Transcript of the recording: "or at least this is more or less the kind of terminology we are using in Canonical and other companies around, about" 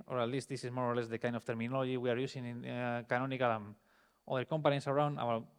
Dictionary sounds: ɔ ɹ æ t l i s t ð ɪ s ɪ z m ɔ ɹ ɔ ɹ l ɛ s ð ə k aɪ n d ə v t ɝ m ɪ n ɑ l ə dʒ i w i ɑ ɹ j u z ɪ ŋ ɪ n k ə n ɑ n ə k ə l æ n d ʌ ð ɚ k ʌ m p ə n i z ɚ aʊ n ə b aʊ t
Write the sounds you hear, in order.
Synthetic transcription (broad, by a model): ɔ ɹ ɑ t l i s t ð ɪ s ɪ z m ɔ ɹ ɔ ɹ l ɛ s ð ə k aɪ n d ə f t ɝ m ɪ n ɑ l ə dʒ i w i ɑ ɹ j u s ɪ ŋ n k ə n ɑ n ə k ə l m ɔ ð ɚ k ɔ m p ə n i s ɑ aʊ n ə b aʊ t